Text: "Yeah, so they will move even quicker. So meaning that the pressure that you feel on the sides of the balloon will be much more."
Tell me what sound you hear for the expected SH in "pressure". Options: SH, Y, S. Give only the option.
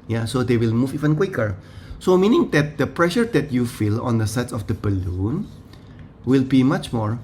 SH